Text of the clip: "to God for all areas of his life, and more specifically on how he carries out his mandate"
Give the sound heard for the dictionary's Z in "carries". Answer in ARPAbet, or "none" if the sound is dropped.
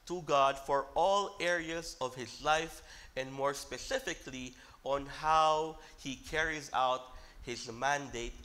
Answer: Z